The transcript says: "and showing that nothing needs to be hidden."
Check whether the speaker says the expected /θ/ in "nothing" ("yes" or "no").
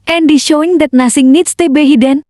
no